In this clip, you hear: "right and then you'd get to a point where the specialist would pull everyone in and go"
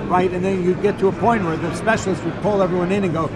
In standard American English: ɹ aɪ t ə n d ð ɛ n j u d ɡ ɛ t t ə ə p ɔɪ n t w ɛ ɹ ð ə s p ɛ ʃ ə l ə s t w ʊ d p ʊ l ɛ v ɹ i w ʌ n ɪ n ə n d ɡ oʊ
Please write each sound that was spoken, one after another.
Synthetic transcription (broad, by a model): ɹ aɪ t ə n ð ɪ n j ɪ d ɡ ɛ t t ə ə p ɔɪ n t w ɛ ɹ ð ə s p ɛ ʃ l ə s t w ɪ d p ʊ l ɛ v ɹ i w ʌ n ɪ n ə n ɡ oʊ